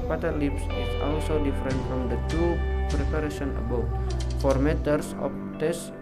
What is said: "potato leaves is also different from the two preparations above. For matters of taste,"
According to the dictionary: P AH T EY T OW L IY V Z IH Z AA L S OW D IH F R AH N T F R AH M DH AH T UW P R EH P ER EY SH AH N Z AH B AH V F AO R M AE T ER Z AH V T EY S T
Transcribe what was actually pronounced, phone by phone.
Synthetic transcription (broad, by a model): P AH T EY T L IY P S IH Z AA L S OW D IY F R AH N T F R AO M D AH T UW P R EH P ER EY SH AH N AH B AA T F AO R M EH T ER S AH F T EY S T